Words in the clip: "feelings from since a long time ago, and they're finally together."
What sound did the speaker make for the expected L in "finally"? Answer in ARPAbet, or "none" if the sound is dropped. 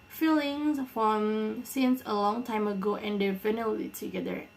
none